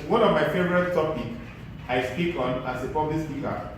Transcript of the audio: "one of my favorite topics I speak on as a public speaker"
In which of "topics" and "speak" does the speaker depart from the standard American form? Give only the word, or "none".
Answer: topics